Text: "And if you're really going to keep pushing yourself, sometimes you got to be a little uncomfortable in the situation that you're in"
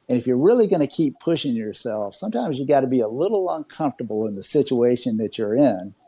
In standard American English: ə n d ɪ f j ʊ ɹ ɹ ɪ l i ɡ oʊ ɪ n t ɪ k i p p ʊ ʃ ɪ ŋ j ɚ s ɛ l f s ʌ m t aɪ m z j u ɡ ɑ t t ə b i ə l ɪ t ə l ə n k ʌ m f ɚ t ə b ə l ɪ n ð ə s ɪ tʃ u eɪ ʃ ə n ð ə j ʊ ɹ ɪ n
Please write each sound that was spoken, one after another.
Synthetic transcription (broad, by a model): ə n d ɪ f j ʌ ɹ ɹ ɪ l i ɡ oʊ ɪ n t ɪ k i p p ʊ ʃ ɪ ŋ j ɚ s ɛ l f s ʌ m t aɪ m z j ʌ ɡ ɑ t t ə b i ə l ɪ t l ə n k ʌ m f t ə b l ɪ n ð ə s ɪ tʃ u eɪ ʃ ə n ð ə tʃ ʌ ɹ ɪ n